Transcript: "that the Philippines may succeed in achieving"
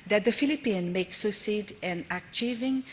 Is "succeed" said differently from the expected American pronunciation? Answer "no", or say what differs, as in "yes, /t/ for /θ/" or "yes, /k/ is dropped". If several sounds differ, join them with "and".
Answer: yes, /k/ is dropped